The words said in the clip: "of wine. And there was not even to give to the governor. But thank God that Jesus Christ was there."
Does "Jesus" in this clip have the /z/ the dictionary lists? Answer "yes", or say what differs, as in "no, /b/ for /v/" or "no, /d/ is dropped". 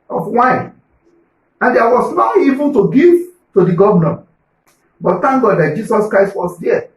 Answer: no, /s/ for /z/